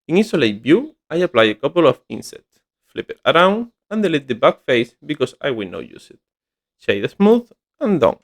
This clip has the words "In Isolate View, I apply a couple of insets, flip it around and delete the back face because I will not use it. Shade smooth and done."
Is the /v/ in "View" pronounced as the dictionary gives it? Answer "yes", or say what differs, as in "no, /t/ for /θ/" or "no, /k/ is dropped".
no, /b/ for /v/